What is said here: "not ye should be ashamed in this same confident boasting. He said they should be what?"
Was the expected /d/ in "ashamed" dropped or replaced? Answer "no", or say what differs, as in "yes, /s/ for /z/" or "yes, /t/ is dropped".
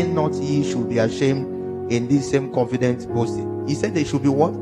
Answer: no